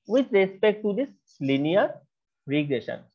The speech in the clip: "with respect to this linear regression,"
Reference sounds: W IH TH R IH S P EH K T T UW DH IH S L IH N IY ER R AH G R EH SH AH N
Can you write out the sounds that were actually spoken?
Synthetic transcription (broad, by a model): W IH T R IH S P EH K T T UW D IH S L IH N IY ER R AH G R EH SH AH N